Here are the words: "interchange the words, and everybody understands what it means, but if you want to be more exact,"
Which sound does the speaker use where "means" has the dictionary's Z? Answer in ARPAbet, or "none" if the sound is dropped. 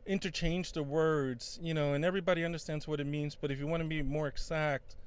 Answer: Z